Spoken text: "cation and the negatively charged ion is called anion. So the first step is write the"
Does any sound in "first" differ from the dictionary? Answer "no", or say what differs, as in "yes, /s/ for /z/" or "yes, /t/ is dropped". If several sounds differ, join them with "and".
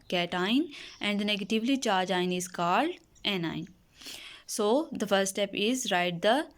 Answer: yes, /s/ is dropped